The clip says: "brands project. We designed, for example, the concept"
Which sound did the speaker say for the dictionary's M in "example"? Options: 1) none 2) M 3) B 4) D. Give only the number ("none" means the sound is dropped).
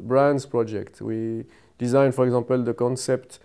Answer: 1